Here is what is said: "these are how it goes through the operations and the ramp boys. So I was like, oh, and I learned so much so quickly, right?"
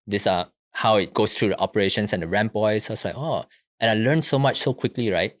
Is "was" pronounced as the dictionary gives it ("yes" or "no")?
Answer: no